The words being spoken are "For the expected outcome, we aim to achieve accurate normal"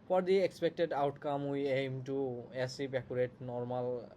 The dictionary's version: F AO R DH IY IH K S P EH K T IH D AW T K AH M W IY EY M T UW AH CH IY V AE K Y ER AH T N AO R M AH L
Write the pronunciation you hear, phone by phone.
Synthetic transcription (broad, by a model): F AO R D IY IH K S P EH K T IH D AW T K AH M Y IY EY M T UW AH S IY P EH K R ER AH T N AO R M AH L